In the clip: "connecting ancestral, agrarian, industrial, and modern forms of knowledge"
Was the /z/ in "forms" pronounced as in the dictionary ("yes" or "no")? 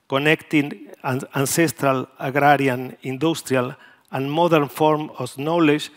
no